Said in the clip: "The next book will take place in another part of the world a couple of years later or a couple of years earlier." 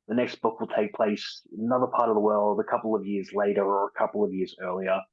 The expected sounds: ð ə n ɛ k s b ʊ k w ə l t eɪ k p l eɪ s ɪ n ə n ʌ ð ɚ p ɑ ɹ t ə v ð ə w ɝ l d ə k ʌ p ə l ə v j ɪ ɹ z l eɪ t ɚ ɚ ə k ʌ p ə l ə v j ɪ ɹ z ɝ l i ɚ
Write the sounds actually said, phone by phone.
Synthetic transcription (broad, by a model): ð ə n ɛ k s b ʊ k w ə l t eɪ k p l eɪ ɪ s ə n ʌ ð ɚ p ɑ ɹ t ə v ð ə w ɝ l d ə k ʌ p l ə v j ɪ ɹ z l eɪ t ɚ ɚ ə k ʌ p l ə v j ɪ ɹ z ɝ l i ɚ